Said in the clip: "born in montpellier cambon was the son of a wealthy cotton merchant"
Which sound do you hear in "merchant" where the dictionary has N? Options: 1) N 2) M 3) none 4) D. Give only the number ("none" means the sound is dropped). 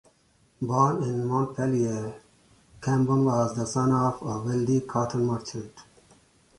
3